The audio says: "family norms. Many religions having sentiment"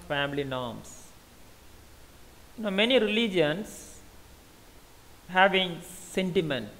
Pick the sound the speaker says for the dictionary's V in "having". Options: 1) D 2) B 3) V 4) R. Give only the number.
3